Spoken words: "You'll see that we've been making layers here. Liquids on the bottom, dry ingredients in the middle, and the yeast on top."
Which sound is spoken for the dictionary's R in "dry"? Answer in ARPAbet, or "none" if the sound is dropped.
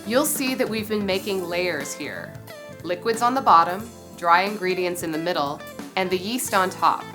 R